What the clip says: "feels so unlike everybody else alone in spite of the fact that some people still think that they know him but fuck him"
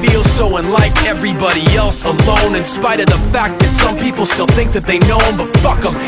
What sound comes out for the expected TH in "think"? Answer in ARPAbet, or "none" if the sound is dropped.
TH